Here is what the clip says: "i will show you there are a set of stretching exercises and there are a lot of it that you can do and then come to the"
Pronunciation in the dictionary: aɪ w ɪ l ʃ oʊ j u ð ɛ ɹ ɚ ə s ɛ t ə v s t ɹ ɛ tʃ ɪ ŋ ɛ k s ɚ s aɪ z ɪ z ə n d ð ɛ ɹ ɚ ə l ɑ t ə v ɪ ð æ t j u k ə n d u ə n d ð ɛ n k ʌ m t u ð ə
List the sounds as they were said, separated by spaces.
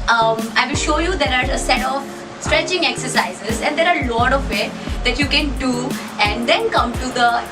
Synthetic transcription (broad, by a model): aɪ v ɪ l ʃ oʊ j u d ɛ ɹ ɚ ə s ɛ t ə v s t ɹ ɛ tʃ ɪ ŋ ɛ k s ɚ s aɪ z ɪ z ə n d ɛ ɹ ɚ ə l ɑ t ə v ɪ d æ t j u k ə n d u ə n d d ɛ n k ʌ m t u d ə